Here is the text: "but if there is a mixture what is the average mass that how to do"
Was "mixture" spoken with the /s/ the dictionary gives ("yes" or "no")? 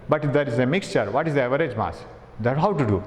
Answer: yes